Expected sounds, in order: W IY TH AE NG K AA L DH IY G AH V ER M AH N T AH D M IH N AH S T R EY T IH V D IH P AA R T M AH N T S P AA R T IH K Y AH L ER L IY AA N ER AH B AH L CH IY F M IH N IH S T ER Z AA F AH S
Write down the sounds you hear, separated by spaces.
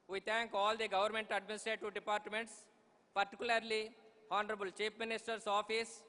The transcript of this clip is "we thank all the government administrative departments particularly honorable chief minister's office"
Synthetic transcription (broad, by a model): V IY T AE NG K AA L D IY G AH V ER M AH N T AH D M IH N AH S T R EY T IH V D IH P AA R T M AH N T S P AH R T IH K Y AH L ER L IY AA N ER AH B AH L CH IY P M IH N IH S T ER S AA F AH S